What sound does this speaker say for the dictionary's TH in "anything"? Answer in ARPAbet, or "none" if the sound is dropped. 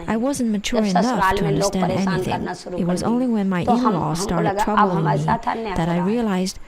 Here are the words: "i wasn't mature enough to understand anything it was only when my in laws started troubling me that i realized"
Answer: TH